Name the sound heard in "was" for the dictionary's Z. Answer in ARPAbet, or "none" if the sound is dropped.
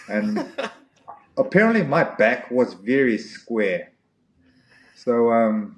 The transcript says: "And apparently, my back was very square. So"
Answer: Z